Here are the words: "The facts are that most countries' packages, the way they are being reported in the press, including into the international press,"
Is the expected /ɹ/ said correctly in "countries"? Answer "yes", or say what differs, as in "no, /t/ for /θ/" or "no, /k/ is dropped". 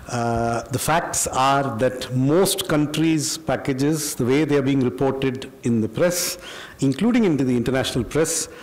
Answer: yes